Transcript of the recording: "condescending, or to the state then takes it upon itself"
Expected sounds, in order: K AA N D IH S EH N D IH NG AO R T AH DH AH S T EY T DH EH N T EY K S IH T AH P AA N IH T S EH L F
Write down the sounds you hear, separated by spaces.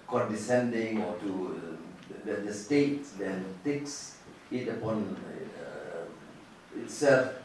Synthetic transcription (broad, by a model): K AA N D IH S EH N D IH NG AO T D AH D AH S T EY T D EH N T EY K S IH T AH P AA N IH T S EH L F